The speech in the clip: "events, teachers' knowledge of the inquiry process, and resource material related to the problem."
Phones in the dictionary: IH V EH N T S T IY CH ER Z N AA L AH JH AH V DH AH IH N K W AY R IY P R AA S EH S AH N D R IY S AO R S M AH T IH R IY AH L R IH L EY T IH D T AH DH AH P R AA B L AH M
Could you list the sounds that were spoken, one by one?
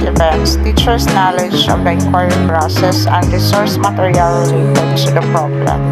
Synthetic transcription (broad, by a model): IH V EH N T S T IY CH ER S N AA L AH JH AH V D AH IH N K W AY R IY P R AA S EH S AH N D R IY S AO R S M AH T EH R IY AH L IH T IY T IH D S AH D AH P R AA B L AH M